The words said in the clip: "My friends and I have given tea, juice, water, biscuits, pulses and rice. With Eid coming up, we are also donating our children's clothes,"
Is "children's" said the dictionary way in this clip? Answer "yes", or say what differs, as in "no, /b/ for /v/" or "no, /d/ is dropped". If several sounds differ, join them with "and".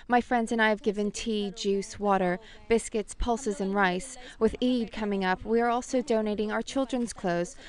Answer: yes